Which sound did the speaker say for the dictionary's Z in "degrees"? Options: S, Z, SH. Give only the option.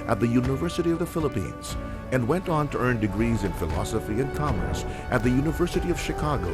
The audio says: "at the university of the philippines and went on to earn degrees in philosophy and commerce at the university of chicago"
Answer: Z